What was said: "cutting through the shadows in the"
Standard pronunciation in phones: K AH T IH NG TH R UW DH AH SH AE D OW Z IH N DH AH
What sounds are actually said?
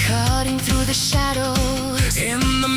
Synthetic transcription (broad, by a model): K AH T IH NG TH R UW DH AH SH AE D OW IH N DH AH